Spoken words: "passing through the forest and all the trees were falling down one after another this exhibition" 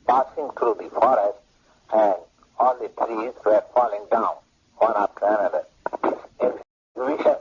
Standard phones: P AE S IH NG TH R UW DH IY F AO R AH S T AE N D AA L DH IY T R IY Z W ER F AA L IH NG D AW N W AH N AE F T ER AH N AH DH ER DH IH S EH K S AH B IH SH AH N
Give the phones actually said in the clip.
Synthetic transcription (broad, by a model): P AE S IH NG T R UW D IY F AO R AH S T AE N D AA L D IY T R IY Z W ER F AA L IH NG D AW N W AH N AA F T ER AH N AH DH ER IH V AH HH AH